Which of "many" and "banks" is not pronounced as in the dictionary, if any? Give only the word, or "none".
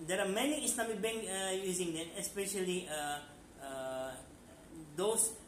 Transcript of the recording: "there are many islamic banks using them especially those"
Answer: banks